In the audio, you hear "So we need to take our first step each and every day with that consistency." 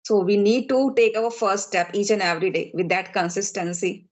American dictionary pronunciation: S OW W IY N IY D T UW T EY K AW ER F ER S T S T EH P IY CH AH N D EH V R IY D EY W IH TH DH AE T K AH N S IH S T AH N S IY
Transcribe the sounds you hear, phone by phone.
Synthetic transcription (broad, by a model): S OW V IY N IY D T UW T EY K AW ER F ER T S T EH P IY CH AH N EH V R IY D EY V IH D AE T K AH N S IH S T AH N S IY